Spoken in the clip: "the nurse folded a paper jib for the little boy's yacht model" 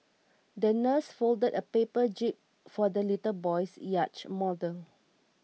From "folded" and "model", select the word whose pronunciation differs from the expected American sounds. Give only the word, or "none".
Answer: none